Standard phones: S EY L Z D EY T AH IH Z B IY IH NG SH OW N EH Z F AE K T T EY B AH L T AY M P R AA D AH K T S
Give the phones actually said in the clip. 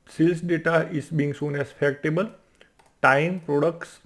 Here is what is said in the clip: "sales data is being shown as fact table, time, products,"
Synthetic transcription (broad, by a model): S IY L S D EY T AH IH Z B IY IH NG S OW N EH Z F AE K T T EY B AH L T AY M P R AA D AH K T S